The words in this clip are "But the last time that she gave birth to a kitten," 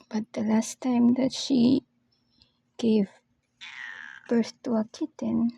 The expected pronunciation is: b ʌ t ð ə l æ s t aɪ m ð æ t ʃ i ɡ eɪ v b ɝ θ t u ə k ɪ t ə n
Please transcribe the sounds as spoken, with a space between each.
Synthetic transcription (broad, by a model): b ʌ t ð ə l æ s t aɪ m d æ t ʃ i ɡ eɪ v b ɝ s t u ə k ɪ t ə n